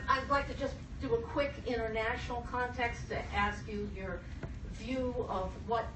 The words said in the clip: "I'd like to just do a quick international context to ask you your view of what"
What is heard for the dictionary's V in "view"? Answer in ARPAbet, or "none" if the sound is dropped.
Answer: V